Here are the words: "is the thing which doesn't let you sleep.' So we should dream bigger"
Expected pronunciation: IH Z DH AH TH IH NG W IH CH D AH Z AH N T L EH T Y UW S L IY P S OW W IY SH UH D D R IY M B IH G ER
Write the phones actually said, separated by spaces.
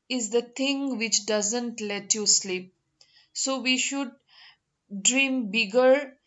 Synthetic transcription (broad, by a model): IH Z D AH T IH NG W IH CH D AH Z AH N T L EH T Y UW S L IY P S OW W IY SH UH D D R IY M B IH G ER